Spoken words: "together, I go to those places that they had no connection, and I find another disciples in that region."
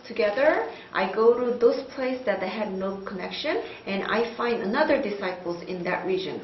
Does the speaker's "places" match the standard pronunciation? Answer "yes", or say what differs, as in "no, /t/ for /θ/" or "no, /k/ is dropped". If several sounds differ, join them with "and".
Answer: no, /s/ is dropped